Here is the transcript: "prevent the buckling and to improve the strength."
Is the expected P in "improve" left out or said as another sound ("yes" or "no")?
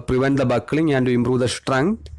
yes